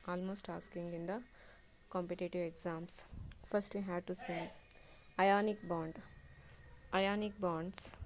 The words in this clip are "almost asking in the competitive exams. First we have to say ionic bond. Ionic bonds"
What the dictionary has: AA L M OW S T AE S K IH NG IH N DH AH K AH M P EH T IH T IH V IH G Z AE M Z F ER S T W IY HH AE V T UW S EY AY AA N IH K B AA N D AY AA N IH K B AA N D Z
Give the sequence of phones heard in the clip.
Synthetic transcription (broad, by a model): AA L M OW S T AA S K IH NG IH N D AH K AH M P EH T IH T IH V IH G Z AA M S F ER S T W IY HH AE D T UW S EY AY AA N IH K B AA N D AY AA N IH K B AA N D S